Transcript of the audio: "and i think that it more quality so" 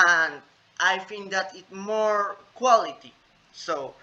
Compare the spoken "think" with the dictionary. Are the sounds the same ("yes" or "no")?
no